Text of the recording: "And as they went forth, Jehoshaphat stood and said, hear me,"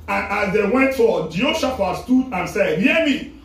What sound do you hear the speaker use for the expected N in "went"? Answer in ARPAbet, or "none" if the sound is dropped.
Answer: N